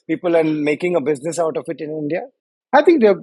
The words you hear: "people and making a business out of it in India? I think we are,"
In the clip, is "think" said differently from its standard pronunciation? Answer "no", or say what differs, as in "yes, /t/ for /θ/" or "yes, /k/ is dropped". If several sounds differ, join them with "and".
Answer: yes, /t/ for /θ/